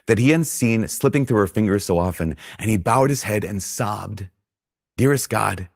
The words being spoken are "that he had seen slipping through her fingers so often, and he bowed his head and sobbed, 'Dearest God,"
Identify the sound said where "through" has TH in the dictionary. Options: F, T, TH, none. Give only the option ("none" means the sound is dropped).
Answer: TH